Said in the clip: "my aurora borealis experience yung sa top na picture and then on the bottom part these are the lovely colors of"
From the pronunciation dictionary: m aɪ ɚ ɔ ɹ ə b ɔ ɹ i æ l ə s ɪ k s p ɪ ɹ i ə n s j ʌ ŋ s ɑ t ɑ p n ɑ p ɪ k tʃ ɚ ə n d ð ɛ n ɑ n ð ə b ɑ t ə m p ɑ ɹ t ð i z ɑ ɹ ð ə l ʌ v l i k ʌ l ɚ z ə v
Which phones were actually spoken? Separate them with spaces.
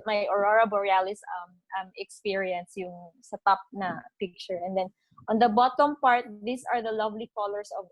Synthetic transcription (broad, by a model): m aɪ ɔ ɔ ɹ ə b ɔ ɹ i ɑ l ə s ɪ k s p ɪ ɹ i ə n s j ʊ ŋ s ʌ t ɑ p n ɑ p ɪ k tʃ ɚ ə n d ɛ n ɑ n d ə b ɑ t ə m p ɑ ɹ t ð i s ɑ ɹ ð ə l ʌ v l i k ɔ l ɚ s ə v